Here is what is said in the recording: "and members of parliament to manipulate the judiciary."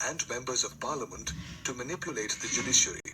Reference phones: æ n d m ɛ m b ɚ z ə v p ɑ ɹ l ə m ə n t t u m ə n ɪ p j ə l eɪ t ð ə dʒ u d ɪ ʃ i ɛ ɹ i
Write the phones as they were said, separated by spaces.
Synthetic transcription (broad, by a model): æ n d m ɛ m b ɚ z ə v p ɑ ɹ l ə m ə n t t u m ə n ɪ p j ə l eɪ t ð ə dʒ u d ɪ ʃ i ɹ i